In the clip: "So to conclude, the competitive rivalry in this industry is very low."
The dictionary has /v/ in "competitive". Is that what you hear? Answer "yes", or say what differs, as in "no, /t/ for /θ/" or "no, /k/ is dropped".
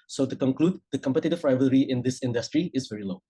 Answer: no, /f/ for /v/